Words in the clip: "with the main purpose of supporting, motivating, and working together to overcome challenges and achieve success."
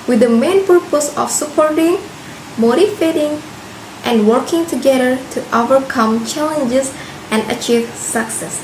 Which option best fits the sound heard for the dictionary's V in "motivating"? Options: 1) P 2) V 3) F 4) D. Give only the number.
3